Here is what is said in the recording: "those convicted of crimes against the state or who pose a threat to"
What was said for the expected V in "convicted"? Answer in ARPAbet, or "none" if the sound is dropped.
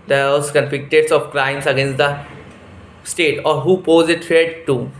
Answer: F